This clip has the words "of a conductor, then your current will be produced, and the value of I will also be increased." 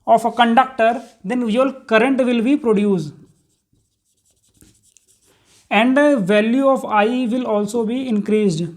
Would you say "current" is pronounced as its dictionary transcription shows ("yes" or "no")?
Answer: yes